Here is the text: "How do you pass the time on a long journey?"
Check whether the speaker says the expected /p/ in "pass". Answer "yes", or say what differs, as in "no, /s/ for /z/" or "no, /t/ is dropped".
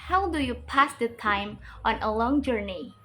yes